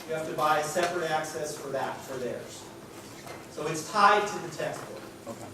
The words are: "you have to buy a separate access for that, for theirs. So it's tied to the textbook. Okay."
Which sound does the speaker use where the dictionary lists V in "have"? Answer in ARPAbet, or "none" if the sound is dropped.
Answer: F